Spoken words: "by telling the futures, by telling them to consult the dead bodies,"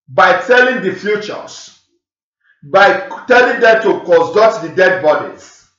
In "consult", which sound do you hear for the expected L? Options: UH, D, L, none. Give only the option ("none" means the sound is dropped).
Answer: none